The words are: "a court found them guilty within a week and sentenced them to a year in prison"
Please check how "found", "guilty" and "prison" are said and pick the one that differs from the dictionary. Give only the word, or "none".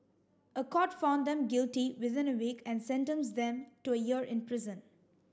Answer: none